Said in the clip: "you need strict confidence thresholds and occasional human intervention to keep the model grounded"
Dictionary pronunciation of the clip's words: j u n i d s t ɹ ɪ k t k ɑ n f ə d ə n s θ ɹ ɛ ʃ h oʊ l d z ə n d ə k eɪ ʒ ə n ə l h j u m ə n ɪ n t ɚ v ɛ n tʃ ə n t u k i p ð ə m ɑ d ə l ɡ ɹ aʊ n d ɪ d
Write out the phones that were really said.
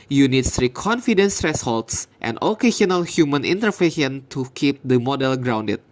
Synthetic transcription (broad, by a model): j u n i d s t ɹ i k k ɑ n f ə d ə n s t ɹ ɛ s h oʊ l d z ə n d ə k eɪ s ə n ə l h j u m ə n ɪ n t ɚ f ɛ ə n t u k i p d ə m ɑ d ə l ɡ ɹ aʊ n d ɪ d